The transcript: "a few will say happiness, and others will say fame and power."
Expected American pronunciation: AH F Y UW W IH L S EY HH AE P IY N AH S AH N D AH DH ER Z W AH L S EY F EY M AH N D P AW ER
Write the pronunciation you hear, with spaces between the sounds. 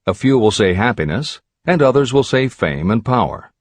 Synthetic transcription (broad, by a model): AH F Y UW W IH L S EY HH AE P IY N AH S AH N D AH DH ER Z W AH L S EY F EY M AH N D P AW ER